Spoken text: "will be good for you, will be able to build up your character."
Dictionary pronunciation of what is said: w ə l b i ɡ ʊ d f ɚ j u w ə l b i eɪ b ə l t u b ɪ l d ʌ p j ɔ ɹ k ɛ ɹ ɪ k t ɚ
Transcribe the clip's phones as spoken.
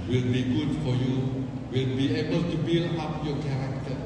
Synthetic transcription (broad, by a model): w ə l b i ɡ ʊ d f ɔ j u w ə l b i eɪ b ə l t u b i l ʌ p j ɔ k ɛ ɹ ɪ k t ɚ